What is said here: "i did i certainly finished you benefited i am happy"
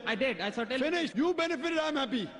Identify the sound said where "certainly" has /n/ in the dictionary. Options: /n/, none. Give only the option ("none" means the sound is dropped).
none